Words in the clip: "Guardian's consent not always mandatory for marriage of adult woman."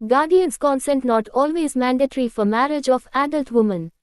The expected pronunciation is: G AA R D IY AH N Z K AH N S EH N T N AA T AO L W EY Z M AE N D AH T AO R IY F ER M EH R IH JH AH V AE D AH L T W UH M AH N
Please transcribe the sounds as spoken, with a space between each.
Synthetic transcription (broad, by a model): G AA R D IY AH N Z K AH N S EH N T N AA T AO L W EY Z M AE N D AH T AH R IY F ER M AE R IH JH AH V AE D AH L T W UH M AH N